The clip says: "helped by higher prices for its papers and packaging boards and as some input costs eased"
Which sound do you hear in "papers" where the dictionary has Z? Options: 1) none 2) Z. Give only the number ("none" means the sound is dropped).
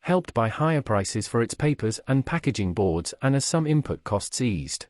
2